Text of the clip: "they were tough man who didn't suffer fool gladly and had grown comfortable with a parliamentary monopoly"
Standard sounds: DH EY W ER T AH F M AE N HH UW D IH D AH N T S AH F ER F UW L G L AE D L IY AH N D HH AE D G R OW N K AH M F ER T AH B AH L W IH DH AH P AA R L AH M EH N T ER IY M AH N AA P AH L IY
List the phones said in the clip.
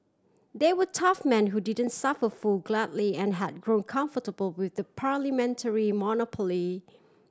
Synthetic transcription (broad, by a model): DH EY W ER T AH F M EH N HH UW D IH D AH N T S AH F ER F UW L G L AE D L IY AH N HH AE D G R OW N K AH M F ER T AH B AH L W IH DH AH P AA R L AH M EH N T ER IY M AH N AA P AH L IY